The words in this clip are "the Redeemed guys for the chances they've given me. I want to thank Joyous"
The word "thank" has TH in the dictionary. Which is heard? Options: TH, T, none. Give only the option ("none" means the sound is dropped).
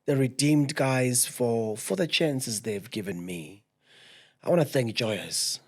TH